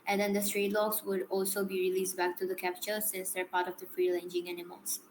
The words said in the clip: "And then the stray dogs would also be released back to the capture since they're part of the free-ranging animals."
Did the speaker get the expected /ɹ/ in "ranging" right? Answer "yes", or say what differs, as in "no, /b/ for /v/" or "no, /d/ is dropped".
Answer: no, /l/ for /ɹ/